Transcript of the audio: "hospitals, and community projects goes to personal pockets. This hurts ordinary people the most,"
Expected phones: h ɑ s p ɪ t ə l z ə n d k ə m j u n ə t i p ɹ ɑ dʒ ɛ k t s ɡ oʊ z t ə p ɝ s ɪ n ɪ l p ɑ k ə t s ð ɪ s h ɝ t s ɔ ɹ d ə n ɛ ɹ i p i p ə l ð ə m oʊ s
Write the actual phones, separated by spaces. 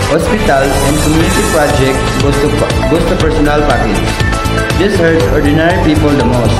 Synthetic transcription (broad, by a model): h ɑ s p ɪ t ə l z ə n d k ə m j u n ə t i p ɹ ɑ dʒ ɛ k t s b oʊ s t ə p ɝ s ɪ n ɪ l p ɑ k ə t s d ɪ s h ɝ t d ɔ ɹ d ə n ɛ ɹ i p i p ə l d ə m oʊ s